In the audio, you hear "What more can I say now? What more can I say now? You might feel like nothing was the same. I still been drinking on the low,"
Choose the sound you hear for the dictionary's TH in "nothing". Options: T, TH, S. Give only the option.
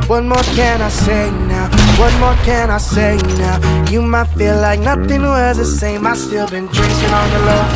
TH